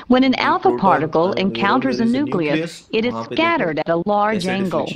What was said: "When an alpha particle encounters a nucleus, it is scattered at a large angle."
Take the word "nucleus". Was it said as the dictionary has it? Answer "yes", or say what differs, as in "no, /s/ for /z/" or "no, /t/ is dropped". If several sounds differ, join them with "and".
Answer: yes